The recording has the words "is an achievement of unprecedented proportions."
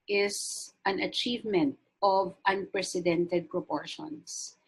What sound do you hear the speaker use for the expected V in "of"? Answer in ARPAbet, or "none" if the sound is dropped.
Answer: V